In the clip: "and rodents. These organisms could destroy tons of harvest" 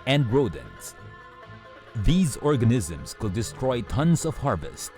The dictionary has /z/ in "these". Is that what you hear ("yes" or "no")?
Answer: yes